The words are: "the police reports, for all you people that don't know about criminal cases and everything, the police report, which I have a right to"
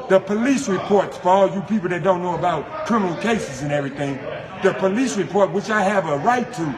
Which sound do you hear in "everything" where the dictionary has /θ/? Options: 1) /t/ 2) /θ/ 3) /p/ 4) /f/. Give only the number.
2